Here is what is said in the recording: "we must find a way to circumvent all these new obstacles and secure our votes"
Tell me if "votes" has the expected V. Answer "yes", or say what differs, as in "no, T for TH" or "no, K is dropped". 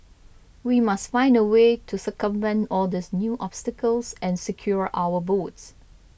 no, B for V